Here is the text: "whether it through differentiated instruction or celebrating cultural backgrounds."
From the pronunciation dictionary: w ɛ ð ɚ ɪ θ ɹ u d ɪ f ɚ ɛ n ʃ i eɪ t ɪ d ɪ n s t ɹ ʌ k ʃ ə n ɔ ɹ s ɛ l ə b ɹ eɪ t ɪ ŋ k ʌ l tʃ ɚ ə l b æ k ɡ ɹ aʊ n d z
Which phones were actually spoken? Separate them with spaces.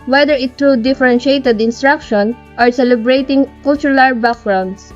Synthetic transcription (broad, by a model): w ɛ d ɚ ɪ t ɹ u d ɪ f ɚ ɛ n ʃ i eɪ t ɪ d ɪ n s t ɹ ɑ k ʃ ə n ɔ ɹ s ɛ l ə b ɹ eɪ t ɪ ŋ k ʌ l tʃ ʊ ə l b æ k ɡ ɹ aʊ n d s